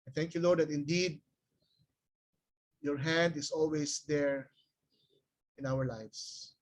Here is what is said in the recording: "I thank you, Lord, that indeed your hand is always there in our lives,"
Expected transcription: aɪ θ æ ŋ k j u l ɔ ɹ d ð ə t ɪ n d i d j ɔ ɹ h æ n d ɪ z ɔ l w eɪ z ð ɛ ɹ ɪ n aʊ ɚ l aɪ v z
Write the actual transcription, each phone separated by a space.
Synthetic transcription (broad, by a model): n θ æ ŋ k j u l ɔ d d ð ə t ɪ n d i d j ɔ ɹ h æ n d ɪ s ɔ l w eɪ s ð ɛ ɹ ɪ n aʊ ɚ l aɪ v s